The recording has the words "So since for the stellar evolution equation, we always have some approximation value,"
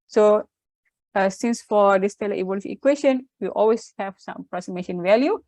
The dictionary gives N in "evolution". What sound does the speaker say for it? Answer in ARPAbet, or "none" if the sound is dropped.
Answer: none